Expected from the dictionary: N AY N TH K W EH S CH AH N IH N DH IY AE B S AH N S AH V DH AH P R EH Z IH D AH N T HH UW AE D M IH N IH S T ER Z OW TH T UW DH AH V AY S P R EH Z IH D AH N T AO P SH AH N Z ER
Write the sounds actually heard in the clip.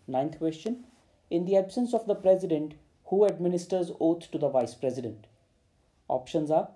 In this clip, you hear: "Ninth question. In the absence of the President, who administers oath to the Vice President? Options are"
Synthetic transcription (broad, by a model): N AY N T K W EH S CH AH N IH N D IY AE B S AH N S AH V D AH P R EH Z IH D AH N T HH UW AE D M IH N IH S T ER Z OW T T UW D AH V AY S P R EH Z IH D AH N T AO P SH AH N Z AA